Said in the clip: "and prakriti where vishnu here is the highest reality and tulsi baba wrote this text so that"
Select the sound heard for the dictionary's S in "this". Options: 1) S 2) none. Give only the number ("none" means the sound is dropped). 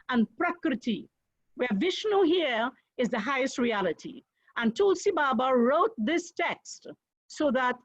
1